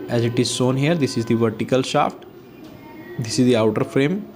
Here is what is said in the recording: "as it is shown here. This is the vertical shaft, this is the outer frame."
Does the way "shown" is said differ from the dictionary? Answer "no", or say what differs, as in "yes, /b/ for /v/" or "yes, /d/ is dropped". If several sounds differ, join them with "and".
yes, /s/ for /ʃ/